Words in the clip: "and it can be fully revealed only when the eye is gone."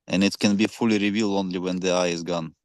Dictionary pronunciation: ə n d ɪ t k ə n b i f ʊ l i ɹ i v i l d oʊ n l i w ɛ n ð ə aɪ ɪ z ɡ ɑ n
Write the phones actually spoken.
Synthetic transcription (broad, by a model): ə n ɪ t k ə n b i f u l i ɹ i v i l oʊ n l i w ɛ n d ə aɪ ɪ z ɡ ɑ n